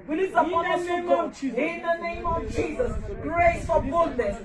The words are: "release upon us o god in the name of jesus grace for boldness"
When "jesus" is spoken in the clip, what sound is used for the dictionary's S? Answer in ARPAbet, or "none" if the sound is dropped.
S